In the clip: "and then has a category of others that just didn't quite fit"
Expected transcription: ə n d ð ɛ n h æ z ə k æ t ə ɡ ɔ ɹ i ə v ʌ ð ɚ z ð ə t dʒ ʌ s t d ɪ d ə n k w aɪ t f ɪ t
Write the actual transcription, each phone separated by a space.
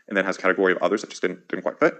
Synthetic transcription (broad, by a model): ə n ð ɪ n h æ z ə k æ t ə ɡ ɔ ɹ i ə v ʌ ð ɚ z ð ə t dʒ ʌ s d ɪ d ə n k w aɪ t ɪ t